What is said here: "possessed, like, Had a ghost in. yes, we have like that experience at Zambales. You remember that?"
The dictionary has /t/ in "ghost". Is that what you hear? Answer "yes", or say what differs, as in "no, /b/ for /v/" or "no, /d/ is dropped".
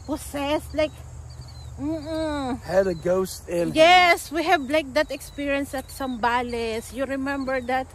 yes